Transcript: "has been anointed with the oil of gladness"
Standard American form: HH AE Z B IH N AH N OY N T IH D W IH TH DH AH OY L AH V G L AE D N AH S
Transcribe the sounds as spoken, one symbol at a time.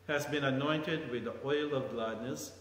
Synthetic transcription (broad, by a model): HH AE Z B IH N AH N OY N T IH D W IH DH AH OY L AH V G L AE D N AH S